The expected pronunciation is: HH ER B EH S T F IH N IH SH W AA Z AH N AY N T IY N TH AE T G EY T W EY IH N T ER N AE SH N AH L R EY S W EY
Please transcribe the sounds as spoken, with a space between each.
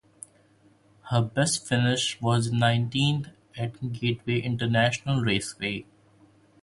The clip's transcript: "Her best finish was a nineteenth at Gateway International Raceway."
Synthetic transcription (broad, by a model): HH ER B EH S T F IH N IH SH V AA Z N AY N T IY N T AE T G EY T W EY IH N T ER N AE SH N AH L R EY S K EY